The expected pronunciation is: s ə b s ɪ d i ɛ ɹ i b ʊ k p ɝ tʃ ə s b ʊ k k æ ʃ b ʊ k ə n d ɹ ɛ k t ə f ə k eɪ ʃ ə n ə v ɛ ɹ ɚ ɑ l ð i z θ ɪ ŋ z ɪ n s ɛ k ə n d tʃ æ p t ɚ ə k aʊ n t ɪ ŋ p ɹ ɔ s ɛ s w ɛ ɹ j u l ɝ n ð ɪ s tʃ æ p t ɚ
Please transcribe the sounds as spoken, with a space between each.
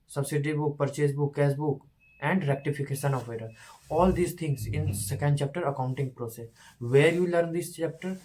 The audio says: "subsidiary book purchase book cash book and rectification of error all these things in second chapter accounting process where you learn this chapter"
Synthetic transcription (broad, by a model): s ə b s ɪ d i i b ʊ k p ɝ tʃ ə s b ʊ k k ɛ s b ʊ k ə n d ɹ ɛ k t ə f ə k eɪ ʃ ə n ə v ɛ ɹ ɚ ɑ l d i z t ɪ ŋ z ɪ n s ɛ k ə n d tʃ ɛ p t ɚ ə k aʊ n t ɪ ŋ p ɹ ɔ s ɛ s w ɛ ɹ j u l ɝ n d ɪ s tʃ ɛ p t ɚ